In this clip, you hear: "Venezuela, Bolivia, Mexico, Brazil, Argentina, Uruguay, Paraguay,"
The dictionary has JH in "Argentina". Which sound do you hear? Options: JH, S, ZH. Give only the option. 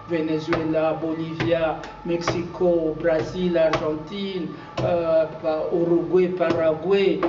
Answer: ZH